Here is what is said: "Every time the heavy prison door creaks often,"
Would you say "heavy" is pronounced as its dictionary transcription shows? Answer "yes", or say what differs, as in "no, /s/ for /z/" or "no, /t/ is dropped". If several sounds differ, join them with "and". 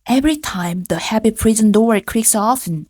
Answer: no, /p/ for /v/